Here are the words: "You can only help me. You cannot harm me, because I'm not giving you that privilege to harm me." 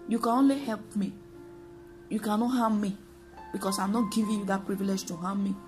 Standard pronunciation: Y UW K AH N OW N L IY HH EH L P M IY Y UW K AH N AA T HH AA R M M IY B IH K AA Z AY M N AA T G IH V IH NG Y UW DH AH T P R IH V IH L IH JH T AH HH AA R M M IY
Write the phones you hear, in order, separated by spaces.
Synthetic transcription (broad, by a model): Y UW K AH N OW N L IY HH EH L P M IY Y UW K AH N AA T HH AA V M M IY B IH K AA S AY M N AA T G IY V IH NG Y UW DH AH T P R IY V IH L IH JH T AH HH AA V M M IY